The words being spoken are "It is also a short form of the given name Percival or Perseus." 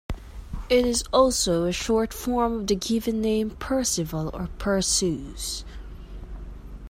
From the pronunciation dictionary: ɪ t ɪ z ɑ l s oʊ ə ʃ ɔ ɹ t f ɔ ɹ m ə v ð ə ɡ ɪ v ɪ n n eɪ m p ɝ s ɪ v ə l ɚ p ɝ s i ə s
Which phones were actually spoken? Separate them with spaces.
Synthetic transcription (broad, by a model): ɪ t ɪ z ɑ l s oʊ ə ʃ ɔ ɹ t f ɔ ɹ m ə v ð ə ɡ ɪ v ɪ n n eɪ m p ɝ s ɪ v ə l ɚ p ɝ s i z